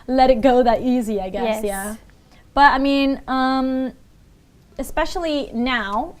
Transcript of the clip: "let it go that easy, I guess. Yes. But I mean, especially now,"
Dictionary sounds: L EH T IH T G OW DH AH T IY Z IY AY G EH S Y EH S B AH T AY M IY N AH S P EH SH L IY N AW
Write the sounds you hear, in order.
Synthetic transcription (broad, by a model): L EH T IH T G OW DH AH T IY Z IY AY G EH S Y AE B AH T AY M IY N AH S P EH SH L IY N AW